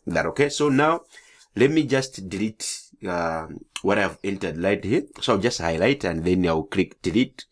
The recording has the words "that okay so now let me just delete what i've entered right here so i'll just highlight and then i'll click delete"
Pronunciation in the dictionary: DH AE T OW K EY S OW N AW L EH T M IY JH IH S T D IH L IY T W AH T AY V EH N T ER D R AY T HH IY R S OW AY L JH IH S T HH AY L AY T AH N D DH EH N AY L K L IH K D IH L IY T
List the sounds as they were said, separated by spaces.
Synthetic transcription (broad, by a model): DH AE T OW K EY S OW N AW L EH T M IY JH IH S T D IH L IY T W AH T AY V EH N T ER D L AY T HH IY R S OW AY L JH IH S T HH AY L AY T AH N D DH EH N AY W K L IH K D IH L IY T